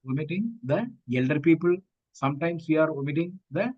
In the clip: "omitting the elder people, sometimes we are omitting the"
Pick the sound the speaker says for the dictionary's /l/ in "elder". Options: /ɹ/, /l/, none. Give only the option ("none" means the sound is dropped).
/l/